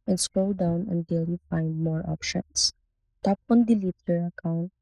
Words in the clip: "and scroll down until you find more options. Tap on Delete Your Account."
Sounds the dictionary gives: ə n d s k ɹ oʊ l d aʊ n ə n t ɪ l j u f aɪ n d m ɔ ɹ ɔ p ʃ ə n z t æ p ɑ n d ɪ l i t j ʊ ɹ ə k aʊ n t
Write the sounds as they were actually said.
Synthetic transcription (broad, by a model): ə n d s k oʊ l d aʊ n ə n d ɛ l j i f aɪ n d m ɔ ɹ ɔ p ʃ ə n s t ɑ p ɑ n d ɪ l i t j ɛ ɹ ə k aʊ n t